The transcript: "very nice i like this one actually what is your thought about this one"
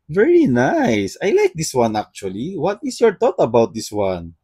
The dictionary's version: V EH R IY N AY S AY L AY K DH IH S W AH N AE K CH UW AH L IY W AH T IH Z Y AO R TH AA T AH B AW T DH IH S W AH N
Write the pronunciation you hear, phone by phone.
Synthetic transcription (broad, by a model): V EH R IY N AY S AY L AY K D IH S W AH N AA K CH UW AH L IY W AH T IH S Y AO R T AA T AH B AW T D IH S W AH N